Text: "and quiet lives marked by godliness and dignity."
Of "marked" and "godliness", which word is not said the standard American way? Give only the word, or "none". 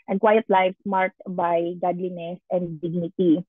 marked